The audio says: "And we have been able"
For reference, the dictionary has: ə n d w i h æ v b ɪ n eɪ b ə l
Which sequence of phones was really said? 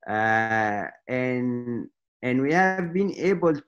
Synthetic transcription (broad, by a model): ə n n w i h æ v b ɪ n eɪ b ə l